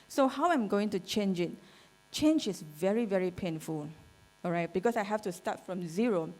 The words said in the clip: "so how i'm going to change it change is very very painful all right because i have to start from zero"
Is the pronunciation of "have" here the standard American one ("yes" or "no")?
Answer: no